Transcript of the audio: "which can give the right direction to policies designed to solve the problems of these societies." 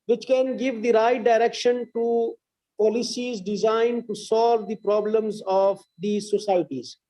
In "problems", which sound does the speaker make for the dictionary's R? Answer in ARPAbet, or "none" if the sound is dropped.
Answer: R